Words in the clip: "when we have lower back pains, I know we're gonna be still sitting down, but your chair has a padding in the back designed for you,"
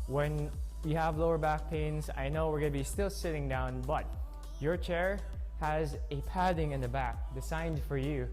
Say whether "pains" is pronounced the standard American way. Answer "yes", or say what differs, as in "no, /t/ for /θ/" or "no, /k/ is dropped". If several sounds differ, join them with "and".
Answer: yes